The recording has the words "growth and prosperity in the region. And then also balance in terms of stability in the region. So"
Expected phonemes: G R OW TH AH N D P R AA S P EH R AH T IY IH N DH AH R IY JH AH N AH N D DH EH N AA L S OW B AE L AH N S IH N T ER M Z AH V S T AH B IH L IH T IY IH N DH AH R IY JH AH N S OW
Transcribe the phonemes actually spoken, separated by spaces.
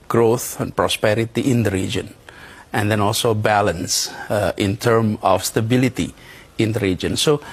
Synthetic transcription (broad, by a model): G R OW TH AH N P R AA S P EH R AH T IY IH N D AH R IY JH AH N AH N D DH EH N AA L S OW B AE L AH N S IH N T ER M AH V S T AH B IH L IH T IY IH N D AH R IY JH AH N S OW